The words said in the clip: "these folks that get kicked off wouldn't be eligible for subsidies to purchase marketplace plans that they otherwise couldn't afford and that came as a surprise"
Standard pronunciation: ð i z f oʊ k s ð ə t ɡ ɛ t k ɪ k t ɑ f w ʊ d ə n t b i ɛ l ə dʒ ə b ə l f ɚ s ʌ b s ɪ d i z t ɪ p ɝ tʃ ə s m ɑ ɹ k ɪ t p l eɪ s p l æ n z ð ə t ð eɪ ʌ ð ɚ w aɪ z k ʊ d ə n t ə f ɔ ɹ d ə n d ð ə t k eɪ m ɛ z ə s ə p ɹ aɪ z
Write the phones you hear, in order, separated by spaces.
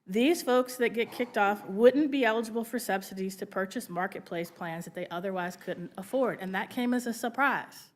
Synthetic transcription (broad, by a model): ð i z f oʊ k s ð ə t ɡ ɛ t k ɪ k t ɑ f w ʊ d n b i ɛ l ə dʒ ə b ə l f ɚ s ʌ b s ɪ d i z t ɪ p ɝ tʃ ə s m ɑ ɹ k ɪ t p l eɪ s p l æ n z ð ə t ð eɪ ʌ ð ɚ w aɪ z k ʊ d n t ə f ɔ ɹ d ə n ð ə t k eɪ m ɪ z ə s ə p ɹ aɪ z